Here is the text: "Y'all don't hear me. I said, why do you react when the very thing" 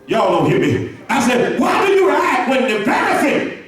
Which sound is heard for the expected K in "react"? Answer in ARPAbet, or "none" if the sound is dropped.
none